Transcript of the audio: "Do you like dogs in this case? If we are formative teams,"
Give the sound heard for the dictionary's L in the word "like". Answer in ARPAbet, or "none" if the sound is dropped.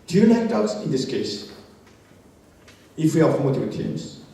N